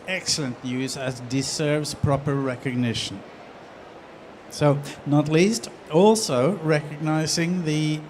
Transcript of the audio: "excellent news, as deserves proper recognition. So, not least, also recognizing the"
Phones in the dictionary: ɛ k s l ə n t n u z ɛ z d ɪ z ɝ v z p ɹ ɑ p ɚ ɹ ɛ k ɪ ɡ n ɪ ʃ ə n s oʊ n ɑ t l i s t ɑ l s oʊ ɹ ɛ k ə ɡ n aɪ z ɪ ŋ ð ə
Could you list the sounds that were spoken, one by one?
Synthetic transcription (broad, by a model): ɛ k s l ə n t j u z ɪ z d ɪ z ɝ v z p ɹ ɑ p ɚ ɹ ɛ k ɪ ɡ n ɪ ʃ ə n s oʊ n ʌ t l i s t ɑ l s oʊ ɹ ɛ k ə ɡ n aɪ z ɪ ŋ ð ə